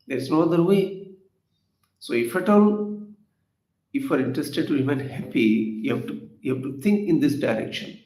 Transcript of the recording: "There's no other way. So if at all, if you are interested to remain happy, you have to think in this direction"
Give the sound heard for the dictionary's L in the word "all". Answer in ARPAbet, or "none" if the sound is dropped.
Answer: N